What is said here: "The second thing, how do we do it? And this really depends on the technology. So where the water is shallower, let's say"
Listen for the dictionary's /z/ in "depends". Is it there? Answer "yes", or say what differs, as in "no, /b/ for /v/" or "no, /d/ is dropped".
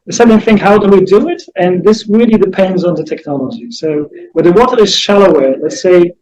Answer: yes